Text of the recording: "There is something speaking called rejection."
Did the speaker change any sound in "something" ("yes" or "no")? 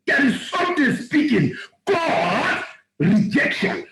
yes